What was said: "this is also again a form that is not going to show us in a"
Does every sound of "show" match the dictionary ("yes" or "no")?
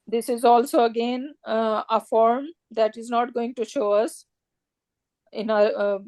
yes